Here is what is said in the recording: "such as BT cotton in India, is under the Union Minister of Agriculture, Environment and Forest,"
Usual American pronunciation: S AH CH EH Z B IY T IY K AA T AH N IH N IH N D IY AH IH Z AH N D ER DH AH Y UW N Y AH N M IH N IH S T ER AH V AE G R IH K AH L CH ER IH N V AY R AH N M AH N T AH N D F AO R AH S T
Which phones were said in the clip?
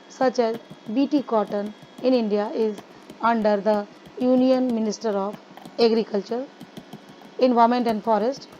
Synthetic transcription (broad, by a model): S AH CH EH Z B IY T IY K AA T AH N IH N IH N D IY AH IH Z AH N D ER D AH Y UW N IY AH N M IH N IH S T ER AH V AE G R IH K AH L CH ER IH N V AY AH M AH N T AH N D F AO R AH S T